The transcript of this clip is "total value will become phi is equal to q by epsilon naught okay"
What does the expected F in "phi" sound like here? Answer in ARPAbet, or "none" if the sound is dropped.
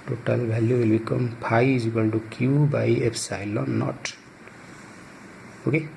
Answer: P